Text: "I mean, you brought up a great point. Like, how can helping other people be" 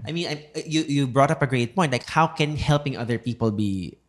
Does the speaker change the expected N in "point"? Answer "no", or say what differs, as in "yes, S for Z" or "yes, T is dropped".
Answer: yes, N is dropped